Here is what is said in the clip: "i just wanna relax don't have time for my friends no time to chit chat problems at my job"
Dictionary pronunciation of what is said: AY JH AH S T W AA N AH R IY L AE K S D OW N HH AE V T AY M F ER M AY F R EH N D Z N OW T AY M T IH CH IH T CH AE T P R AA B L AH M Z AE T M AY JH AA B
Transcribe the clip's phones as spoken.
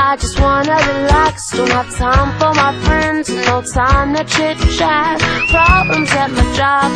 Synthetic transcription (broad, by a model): AY JH AH S T W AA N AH R IY L AE K S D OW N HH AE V T AY M F ER M AY F R EH N D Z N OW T AY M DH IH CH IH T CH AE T P R AA B L AH M Z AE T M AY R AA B